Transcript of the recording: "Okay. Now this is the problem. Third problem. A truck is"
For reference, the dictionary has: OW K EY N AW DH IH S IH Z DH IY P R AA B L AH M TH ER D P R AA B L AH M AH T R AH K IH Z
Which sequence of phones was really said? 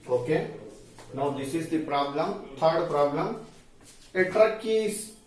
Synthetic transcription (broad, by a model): OW K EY N AW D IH S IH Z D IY P R AA B L AH M T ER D P R AA B L AH M AH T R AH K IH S